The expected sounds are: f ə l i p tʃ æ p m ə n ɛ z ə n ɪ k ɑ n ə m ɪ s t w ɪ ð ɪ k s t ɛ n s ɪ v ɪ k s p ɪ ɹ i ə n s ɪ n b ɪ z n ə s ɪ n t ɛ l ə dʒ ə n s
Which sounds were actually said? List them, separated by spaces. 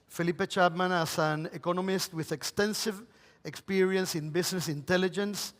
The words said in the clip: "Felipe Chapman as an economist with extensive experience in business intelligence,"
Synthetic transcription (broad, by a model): f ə l i p tʃ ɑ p m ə n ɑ s ə n ɪ k ɑ n ə m ɪ s t w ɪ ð ɪ k s t ɛ n s ɪ v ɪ k s p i ɹ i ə n s ɪ n b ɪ s n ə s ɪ n t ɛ l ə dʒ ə n s